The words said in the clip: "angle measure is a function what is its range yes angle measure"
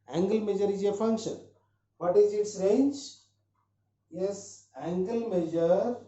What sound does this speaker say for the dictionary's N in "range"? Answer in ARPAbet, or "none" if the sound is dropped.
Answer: N